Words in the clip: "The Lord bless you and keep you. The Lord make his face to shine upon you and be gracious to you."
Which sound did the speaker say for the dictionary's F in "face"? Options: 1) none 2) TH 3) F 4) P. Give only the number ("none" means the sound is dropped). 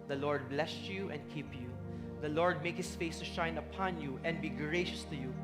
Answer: 3